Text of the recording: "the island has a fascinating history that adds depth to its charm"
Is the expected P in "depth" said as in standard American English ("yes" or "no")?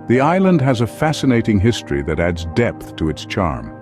yes